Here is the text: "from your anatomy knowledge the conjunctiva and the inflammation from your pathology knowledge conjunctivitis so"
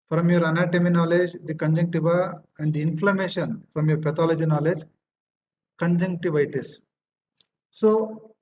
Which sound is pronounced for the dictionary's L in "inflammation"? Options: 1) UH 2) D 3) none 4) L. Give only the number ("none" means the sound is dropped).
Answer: 4